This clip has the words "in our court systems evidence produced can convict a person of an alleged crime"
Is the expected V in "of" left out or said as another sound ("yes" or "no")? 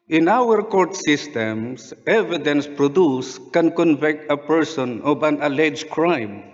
yes